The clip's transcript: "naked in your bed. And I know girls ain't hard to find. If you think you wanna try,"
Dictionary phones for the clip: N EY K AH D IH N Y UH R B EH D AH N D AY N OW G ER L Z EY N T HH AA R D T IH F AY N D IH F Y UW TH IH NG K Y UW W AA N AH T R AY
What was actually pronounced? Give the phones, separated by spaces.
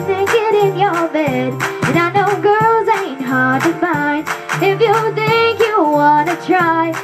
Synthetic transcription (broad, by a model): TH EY K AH D IH N Y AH R B EH D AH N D AY N OW G ER L Z EY N T HH AA R D T IH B AY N IH F Y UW TH IH NG K Y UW W AA N AH T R AY